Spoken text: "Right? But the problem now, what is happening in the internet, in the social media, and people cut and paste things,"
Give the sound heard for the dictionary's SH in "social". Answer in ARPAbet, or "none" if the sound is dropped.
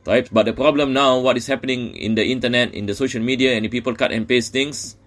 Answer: SH